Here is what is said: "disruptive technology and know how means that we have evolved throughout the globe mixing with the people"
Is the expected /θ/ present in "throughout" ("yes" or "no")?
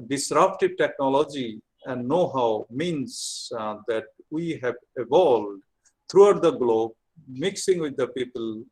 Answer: no